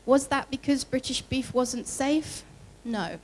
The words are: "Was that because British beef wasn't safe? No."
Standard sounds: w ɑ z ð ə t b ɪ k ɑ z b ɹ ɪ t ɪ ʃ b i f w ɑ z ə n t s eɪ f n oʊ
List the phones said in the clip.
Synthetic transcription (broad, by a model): w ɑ z ð ə t b ɪ k ɑ z b ɹ ɪ t ɪ ʃ b i f w ɑ z ə n t s eɪ f n oʊ